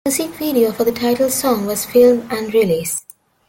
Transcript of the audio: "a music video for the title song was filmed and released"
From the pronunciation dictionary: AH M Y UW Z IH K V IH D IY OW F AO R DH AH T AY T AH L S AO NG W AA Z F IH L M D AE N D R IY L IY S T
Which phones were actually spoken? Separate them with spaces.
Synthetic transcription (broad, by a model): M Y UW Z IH K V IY D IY OW F AO R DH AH T AY T AH L S AO NG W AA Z F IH L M AE N D R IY L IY S